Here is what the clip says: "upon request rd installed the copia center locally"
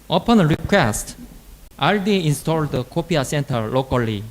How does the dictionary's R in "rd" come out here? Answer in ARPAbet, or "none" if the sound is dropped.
L